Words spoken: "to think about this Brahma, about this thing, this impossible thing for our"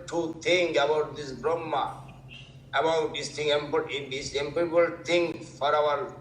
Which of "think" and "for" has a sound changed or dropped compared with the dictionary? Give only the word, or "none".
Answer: think